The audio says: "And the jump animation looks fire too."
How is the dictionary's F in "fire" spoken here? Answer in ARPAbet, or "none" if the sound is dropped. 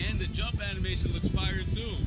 P